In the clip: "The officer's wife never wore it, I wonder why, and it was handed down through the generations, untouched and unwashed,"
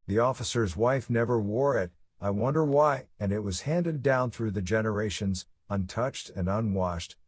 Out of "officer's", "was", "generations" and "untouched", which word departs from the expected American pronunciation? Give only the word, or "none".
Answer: none